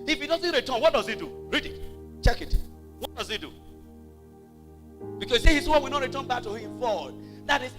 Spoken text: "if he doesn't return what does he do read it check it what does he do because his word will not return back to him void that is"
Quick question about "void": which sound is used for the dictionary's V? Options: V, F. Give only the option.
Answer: F